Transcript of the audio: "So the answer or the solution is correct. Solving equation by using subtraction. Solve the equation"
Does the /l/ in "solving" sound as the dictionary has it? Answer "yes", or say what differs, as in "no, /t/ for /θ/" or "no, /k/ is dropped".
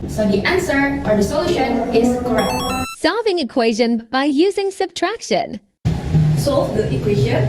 no, /l/ is dropped